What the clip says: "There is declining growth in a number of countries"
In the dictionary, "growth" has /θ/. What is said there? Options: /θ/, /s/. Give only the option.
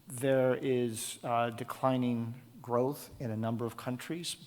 /θ/